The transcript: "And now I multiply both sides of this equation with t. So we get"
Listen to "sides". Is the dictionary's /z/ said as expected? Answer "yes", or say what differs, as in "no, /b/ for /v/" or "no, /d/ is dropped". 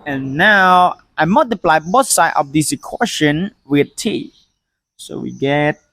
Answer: no, /z/ is dropped